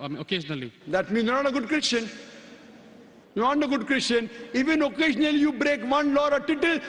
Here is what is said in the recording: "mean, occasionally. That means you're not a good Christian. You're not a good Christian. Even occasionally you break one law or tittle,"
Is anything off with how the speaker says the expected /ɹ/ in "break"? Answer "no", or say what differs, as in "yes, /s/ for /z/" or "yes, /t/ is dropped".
no